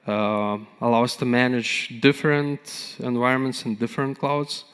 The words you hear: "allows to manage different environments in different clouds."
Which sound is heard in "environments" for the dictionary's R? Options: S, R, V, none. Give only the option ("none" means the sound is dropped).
R